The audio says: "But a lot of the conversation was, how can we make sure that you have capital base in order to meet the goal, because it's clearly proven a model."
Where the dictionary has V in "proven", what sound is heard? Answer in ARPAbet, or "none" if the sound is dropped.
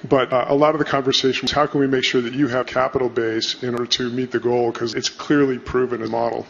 V